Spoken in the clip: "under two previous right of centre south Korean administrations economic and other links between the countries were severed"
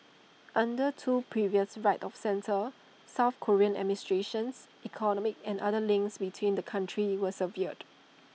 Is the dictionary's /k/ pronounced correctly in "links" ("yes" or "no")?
yes